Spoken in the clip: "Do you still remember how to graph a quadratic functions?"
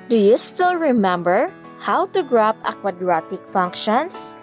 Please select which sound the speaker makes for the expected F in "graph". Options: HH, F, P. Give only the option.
P